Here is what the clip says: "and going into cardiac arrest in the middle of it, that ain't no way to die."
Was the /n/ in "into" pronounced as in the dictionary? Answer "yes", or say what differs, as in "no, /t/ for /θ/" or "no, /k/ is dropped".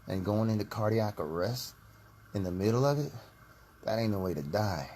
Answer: yes